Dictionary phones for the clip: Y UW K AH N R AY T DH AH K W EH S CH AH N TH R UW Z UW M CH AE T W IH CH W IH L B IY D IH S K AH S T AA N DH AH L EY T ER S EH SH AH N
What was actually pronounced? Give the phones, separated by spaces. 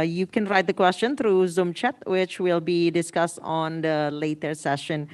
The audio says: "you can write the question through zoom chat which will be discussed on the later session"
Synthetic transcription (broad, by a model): Y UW K AH N R AY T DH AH K W EH S CH AH N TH R UW Z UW M CH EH T W IH CH W IH L B IY D IH S K AH S T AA N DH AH L EY T ER S EH SH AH N